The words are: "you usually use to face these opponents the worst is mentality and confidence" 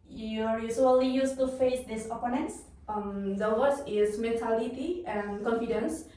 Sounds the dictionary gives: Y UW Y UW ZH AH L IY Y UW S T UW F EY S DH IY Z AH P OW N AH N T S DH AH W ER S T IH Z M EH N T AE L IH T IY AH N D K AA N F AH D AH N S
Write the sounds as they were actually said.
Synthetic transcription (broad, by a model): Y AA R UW S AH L IY Y UW S T UW F EY S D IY S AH P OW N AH N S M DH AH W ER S IH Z M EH N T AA L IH T IY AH N K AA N F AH D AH N S